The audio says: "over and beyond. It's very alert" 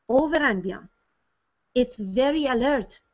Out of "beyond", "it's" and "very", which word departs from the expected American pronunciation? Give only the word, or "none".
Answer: beyond